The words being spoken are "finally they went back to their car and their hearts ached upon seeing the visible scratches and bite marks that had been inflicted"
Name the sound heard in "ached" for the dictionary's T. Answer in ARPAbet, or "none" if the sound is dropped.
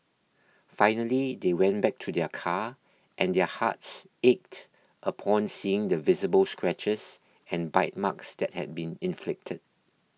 T